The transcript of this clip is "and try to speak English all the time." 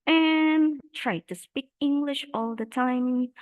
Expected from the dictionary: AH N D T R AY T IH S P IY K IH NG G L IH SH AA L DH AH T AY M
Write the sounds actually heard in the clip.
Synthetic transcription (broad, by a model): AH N T R AY T IH S P IY K IH NG G L IH SH AA L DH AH T AY M